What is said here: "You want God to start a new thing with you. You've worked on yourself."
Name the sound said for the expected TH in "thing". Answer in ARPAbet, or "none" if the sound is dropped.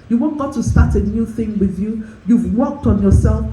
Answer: TH